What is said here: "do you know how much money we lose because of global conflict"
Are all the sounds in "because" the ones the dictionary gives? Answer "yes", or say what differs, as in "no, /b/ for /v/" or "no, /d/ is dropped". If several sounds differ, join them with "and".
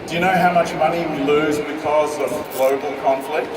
yes